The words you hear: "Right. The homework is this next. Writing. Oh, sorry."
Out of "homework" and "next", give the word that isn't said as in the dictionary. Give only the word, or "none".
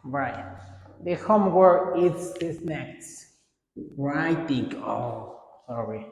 homework